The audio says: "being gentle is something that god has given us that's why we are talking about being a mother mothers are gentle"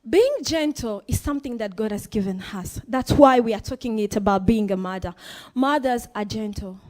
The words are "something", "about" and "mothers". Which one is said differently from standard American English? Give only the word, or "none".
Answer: none